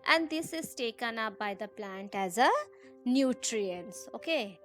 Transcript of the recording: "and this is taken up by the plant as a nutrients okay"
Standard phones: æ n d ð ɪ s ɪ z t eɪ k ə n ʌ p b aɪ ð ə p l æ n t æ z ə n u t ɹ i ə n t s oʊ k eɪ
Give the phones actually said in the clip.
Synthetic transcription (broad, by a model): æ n d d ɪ s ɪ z t eɪ k ə n ʌ p b aɪ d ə p l æ n t æ z ə n u t ɹ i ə n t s oʊ k eɪ